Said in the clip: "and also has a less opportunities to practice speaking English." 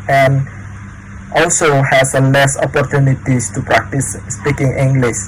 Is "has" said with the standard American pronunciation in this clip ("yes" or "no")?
no